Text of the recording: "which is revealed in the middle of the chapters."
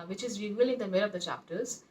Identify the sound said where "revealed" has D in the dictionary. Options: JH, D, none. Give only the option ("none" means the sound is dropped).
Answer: none